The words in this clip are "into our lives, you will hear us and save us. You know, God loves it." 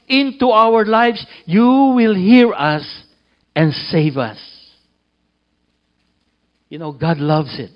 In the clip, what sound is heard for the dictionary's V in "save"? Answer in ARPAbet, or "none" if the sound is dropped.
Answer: V